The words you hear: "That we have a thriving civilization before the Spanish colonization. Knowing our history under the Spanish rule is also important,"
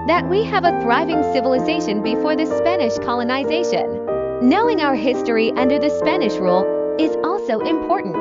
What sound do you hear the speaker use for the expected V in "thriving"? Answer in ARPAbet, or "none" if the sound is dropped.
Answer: V